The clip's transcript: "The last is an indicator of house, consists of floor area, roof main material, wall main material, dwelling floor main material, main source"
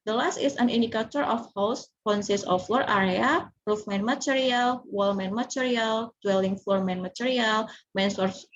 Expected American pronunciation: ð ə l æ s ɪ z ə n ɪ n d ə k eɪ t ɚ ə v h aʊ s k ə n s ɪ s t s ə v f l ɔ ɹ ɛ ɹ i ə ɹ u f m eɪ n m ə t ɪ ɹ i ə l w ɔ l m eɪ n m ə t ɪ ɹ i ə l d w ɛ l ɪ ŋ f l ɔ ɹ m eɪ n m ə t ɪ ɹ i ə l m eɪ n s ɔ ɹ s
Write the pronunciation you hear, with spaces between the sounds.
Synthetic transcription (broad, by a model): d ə l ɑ s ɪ s ə n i n d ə k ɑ t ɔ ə f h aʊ s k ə n s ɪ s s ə f l ɔ ɹ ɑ ɹ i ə ɹ u f m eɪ n m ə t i ɹ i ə l w ɔ l m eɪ n m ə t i ɹ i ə l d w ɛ l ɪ ŋ f l ɔ ɹ m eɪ n m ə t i ɹ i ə l m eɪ n s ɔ ɹ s